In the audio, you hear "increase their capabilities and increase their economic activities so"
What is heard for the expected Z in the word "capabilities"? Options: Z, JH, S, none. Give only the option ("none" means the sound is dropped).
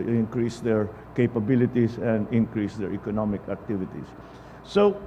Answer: S